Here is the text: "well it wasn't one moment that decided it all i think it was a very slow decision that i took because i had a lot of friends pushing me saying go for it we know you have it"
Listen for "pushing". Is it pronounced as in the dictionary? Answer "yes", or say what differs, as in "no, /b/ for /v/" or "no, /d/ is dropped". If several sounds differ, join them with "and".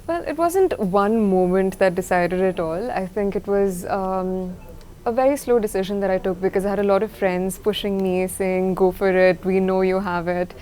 yes